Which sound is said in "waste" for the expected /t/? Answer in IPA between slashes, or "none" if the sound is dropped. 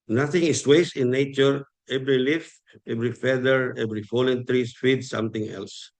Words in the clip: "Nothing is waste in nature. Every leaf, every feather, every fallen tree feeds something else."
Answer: none